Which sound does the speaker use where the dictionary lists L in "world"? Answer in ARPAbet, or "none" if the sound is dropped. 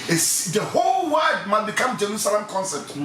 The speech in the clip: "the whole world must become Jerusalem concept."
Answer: none